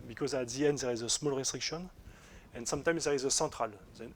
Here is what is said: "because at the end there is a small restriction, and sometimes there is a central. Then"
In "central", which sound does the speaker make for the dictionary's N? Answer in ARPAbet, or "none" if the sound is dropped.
none